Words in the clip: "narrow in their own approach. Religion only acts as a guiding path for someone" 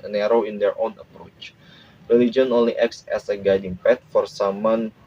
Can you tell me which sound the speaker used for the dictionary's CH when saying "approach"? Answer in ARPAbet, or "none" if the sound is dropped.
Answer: CH